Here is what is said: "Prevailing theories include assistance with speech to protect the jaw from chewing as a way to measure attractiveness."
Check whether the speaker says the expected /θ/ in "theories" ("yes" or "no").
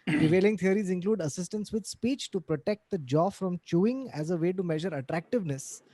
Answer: no